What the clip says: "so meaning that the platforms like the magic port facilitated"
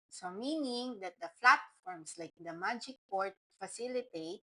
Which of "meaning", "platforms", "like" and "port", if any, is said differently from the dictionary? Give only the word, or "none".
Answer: platforms